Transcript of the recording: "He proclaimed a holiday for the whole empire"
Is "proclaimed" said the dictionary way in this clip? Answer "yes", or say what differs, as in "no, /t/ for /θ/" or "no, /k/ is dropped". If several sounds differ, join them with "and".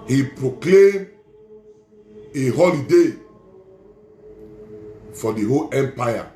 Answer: no, /d/ is dropped